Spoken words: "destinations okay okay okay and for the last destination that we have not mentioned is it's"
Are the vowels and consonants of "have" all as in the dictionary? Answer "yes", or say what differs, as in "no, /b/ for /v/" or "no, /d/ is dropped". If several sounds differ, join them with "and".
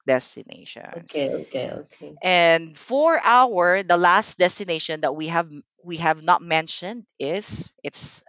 yes